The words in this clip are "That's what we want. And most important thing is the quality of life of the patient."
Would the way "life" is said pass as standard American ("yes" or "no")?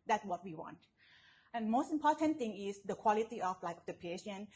no